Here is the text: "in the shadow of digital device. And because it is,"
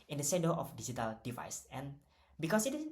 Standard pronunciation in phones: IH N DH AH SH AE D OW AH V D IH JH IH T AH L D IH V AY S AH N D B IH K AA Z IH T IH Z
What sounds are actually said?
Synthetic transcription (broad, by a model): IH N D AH S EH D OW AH F D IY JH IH T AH L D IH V AY S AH N B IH K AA S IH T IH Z